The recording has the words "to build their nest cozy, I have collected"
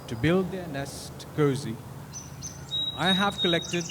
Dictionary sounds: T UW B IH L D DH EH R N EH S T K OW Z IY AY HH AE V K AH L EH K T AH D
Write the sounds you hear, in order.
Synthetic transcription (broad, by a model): T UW B IH L D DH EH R N EH S T K OW Z IY AY HH AE V K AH L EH K T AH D